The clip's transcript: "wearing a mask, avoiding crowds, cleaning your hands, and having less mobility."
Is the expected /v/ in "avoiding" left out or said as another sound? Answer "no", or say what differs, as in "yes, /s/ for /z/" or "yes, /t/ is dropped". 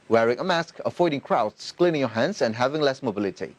yes, /f/ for /v/